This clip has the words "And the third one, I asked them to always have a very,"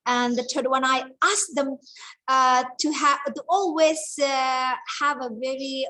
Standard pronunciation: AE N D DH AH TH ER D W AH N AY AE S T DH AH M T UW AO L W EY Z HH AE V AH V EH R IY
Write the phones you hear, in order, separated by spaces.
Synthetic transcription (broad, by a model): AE N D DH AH T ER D W AH N AY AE S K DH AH M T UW AO L W EY Z HH AE V AH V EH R IY